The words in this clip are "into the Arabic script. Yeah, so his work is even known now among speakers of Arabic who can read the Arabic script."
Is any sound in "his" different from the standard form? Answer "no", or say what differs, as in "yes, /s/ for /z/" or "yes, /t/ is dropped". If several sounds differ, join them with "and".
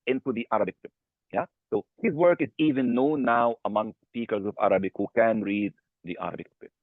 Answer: no